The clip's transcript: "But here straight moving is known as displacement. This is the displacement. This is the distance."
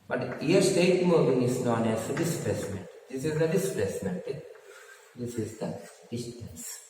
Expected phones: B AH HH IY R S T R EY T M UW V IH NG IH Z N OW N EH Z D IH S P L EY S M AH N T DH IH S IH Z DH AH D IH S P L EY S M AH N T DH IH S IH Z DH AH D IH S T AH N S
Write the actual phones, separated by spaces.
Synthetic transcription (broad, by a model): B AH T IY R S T EY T M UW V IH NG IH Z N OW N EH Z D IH S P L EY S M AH T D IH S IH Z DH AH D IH S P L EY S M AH T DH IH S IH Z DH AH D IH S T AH N S